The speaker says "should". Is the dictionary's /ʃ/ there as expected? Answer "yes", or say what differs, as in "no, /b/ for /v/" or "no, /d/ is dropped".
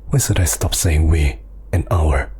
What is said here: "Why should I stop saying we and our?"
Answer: no, /s/ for /ʃ/